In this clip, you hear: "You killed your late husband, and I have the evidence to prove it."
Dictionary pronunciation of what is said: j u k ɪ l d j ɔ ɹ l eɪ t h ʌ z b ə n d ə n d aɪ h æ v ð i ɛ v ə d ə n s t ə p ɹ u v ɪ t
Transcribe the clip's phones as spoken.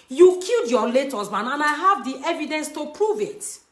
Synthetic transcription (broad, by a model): j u k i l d j ɔ l eɪ t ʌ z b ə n ə n aɪ h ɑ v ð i ɛ v ə d ə n s t ə p ɹ u v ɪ t